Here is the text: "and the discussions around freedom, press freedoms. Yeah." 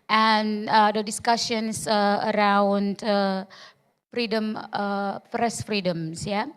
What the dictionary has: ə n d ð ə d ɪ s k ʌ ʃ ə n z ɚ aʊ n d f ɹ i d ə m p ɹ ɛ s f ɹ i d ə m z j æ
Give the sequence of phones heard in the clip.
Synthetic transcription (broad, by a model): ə n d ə d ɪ s k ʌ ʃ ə n s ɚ aʊ n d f ɹ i d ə m f ɹ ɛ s f ɹ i d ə m s j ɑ